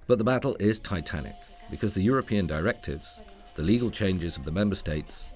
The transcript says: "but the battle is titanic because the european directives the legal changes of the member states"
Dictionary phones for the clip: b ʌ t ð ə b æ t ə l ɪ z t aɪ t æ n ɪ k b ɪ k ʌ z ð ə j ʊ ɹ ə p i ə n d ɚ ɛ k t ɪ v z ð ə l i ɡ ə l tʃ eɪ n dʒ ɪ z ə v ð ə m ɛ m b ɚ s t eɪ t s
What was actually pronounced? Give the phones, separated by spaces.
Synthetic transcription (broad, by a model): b ʌ t ð ə b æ t l ɪ z t aɪ t æ n ɪ k b ɪ k ʌ z ð ə j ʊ ɹ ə p i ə n d ɚ ɛ k t ɪ v z ð ə l i ɡ ə l tʃ eɪ n dʒ ɪ z ə v ð ə m ɛ m b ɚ s t eɪ t s